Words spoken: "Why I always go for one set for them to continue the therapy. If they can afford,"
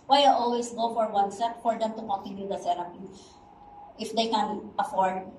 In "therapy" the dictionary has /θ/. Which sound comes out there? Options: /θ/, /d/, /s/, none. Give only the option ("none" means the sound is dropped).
/s/